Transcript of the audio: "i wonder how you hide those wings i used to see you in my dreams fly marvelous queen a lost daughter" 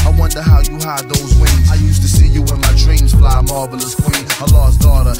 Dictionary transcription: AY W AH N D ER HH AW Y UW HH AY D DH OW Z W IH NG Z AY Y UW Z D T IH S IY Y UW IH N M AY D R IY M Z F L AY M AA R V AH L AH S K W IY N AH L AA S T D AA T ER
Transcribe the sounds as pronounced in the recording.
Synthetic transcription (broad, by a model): AY W AH N D ER HH AW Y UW HH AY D DH OW Z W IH Z AY Y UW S T IH S IY Y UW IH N M AY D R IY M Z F L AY M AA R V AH L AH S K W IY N AH L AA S D AA T ER